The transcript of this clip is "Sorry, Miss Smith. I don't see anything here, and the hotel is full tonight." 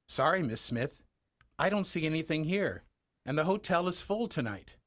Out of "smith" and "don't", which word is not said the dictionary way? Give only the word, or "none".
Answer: none